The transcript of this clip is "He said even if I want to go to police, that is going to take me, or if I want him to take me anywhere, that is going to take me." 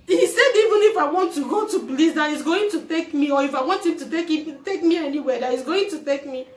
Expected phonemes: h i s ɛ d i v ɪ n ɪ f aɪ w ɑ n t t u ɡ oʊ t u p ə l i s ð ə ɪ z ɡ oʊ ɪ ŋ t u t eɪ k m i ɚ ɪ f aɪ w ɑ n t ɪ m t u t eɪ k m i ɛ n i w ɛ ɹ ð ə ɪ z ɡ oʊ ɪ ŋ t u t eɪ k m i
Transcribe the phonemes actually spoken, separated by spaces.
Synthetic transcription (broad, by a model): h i s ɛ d i v ɪ n ɪ f aɪ w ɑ n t t u ɡ oʊ t u b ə l i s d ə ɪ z ɡ oʊ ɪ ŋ t u t eɪ k m i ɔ ɪ f aɪ w ɑ n t ɪ m t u t eɪ k m i ɛ n i w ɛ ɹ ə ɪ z ɡ oʊ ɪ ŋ t u t eɪ k m i